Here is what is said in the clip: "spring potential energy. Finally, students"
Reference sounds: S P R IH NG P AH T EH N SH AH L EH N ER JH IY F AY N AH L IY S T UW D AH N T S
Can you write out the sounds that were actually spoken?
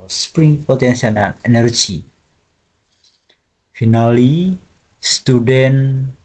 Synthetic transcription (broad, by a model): S P R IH NG P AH T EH N S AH N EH N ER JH IY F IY N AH L IY S T UW D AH N